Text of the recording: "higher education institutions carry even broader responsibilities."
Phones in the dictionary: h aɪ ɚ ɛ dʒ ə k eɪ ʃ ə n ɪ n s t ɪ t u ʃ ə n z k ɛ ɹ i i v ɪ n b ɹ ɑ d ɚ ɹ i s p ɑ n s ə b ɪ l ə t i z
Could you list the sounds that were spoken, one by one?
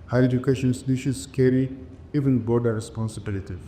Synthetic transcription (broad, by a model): h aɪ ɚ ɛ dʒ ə k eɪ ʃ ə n n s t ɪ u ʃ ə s k ɛ ɹ i i v ɪ n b ɑ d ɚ ɹ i s p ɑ n s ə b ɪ l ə t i